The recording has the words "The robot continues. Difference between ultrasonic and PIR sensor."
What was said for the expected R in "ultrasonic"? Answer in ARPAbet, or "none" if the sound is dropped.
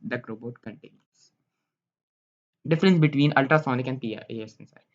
R